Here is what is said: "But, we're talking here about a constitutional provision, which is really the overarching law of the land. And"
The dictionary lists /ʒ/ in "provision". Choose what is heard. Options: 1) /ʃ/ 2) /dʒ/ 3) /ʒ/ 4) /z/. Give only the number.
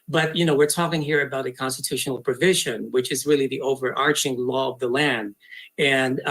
3